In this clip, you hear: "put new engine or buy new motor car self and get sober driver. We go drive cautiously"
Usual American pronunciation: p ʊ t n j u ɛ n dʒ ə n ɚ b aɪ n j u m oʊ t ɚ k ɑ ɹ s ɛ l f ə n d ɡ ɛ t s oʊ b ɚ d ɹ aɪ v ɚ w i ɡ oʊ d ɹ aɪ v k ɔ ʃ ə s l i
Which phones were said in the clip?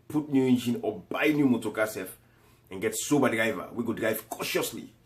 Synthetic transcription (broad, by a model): p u t n j u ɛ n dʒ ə n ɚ b aɪ n j u m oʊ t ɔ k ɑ s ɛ f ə n ɡ ɛ t s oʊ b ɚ d ɹ aɪ v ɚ w i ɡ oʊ d ɹ aɪ v k ɔ ʃ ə s l i